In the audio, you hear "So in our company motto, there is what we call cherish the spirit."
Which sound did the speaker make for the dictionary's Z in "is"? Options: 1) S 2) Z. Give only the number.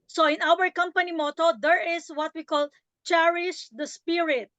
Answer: 1